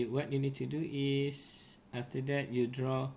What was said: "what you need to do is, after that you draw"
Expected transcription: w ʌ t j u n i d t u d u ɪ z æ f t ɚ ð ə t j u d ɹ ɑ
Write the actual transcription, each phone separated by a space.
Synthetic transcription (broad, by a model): w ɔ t j u n i d t u d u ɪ s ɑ f t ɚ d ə t j u d ɹ ɑ